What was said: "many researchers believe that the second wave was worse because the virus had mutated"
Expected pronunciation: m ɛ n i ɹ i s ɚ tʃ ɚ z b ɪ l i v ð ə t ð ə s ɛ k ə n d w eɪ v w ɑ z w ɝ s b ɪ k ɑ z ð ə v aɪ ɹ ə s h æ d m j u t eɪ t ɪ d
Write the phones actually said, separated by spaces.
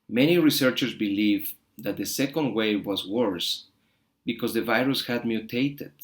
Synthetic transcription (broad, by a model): m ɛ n i ɹ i s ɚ tʃ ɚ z b ɪ l i v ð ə t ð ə s ɛ k ə n d w eɪ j w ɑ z w ɝ s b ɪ k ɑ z ð ə v aɪ ɹ ə s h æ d m j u t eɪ t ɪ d